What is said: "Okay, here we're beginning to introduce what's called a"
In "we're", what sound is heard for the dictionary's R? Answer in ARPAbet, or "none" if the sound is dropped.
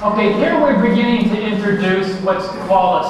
R